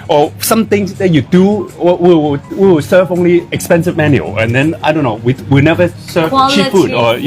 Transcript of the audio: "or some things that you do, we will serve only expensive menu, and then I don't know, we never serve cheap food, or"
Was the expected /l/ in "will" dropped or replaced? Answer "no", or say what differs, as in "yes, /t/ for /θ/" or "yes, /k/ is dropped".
yes, /w/ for /l/